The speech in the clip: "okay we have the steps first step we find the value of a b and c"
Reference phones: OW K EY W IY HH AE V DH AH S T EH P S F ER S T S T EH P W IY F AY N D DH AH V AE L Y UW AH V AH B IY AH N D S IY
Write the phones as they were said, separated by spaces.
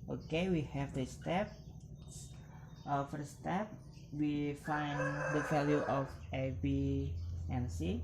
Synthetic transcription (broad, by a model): OW K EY W IY HH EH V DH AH S T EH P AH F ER T S T EH P W IY F AY N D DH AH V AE L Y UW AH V AH B IY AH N S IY